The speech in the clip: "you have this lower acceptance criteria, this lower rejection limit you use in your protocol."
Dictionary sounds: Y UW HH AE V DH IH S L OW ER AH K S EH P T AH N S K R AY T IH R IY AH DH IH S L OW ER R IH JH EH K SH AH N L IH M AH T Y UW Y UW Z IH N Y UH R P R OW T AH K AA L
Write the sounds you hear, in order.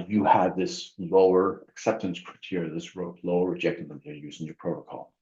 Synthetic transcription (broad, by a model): Y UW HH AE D DH IH S L OW ER AH K S EH P T AH N S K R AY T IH R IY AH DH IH S L OW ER R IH JH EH K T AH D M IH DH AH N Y Y UW Z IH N Y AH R P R OW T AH K AA L